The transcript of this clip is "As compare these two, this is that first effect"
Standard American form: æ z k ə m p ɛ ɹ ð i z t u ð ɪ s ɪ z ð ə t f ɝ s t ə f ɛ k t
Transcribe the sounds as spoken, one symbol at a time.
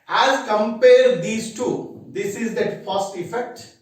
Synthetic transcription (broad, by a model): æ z k ə m p ɛ ɹ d i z t u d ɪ s ɪ z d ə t p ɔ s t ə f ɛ k t